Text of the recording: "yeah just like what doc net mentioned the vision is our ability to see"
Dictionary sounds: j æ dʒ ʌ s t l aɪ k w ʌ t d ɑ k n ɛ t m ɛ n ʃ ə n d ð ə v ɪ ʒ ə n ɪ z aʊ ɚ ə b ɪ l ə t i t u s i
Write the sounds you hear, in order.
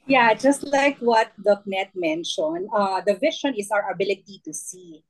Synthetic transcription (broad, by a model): j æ dʒ ʌ s t l aɪ k w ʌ t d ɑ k n ɛ t m ɛ n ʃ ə n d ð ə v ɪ ʃ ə n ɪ s aʊ ɚ ə b ɪ l ə t i t u s i